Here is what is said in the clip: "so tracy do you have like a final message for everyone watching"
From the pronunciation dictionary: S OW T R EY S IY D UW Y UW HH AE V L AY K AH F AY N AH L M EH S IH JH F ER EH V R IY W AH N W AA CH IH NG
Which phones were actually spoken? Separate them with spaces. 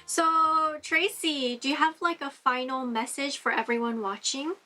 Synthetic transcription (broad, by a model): S OW T R EY S IY D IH Y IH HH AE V L AY K AH F AY N L M EH S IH ZH F ER EH V R IY W AH N W AA CH IH NG